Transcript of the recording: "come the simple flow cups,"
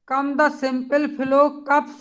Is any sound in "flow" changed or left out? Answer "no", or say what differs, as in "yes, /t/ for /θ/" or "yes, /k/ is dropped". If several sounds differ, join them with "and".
yes, /p/ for /f/